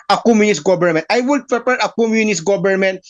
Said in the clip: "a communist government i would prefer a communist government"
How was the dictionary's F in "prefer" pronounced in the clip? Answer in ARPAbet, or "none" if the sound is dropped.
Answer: P